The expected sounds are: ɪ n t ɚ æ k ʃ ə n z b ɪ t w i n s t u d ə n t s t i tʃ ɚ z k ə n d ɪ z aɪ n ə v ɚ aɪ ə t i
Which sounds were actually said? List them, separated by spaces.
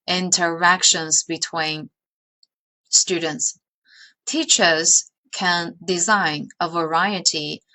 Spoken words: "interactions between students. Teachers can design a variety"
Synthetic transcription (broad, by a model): ɪ n t ɚ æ k ʃ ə n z b ɪ t w i n s t u d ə n t s t i tʃ ɚ z k ə n d ɪ z aɪ n ə v ɚ aɪ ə t i